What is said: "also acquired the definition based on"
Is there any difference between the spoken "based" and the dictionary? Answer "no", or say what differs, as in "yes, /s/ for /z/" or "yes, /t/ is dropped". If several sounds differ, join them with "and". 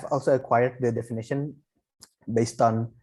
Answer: no